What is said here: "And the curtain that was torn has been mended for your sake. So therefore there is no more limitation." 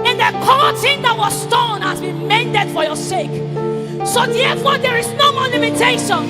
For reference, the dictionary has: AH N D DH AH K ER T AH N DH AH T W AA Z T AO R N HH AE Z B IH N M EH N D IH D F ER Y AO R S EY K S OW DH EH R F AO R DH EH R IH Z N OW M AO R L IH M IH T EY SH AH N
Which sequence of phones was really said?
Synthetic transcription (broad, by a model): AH N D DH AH K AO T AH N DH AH T W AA S T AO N HH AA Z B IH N M EH N D IH D F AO Y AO S EY K S OW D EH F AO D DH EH R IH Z N OW M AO L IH M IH T EY SH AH N